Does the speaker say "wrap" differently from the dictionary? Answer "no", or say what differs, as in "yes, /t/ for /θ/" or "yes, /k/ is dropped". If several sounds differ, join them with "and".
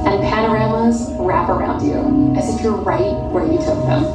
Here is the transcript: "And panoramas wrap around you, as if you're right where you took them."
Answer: no